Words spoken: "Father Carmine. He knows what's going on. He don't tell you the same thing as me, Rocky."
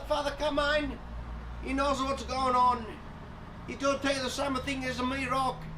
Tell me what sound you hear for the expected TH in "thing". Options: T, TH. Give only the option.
TH